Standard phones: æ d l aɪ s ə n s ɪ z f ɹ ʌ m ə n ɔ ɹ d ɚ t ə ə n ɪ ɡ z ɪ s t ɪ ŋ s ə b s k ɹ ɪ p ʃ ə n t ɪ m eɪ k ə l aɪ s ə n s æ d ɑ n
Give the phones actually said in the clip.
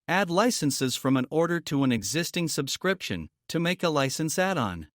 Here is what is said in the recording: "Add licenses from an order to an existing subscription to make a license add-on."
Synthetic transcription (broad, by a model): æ d l aɪ s ə n s ɪ z f ɹ ʌ m ə n ɔ ɹ d ɚ t ə ə n ɪ ɡ z ɪ s t ɪ ŋ s ə b s k ɹ ɪ p ʃ ə n t ɪ m eɪ k ə l aɪ s ə n s æ d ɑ n